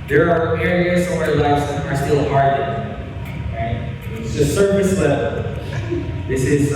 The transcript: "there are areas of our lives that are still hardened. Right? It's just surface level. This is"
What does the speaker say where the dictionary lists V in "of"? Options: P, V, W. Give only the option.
W